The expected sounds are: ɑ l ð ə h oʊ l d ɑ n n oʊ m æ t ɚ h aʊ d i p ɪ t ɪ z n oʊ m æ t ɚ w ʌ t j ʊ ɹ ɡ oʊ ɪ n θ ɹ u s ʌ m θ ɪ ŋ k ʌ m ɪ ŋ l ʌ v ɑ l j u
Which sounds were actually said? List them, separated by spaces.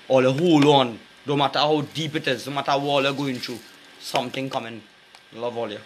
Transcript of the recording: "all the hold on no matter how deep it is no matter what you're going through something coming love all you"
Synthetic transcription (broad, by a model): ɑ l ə h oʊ l ɑ n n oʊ m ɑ t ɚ h aʊ d i p ɪ t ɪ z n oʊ m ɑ t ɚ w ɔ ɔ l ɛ ɡ oʊ ɪ n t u s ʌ m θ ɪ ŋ k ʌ m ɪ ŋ l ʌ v ɑ l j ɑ